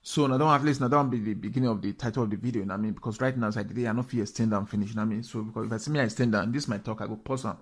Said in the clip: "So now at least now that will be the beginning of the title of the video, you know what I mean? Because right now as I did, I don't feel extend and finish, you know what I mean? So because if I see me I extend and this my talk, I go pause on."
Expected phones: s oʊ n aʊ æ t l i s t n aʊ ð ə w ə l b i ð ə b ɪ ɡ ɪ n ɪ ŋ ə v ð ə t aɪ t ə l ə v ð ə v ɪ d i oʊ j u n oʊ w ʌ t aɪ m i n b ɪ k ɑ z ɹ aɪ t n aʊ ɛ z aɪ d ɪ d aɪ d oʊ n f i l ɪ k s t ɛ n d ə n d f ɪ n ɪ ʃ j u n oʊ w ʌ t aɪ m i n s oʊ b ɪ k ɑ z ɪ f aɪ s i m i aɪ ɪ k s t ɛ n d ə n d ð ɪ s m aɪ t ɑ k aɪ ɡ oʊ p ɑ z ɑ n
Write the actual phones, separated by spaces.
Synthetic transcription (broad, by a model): s oʊ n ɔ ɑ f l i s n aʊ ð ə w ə n b i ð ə b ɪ ɡ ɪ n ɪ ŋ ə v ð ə t aɪ t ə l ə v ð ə v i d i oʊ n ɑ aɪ m i n b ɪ k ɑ s ɹ aɪ t n aʊ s aɪ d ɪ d aɪ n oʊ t f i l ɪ s t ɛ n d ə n f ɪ n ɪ ʃ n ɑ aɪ m i n s oʊ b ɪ k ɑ s ɪ f aɪ s i m i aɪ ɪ s t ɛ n d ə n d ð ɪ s m aɪ t ɑ k aɪ ɡ oʊ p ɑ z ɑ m